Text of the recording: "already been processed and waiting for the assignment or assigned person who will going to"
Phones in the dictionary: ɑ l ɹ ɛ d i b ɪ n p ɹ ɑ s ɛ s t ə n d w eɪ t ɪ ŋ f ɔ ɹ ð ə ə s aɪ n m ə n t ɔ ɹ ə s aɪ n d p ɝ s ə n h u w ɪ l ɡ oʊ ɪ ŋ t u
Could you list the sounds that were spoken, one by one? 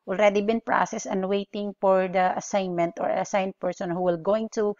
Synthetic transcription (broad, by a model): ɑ l ɹ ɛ d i b ɪ n p ɹ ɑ s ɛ s ə n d w eɪ t ɪ ŋ f ɔ ɹ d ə ə s aɪ n m ə n t ɔ ɹ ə s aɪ n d p ɝ s ə n h u w ɪ l ɡ oʊ ɪ ŋ t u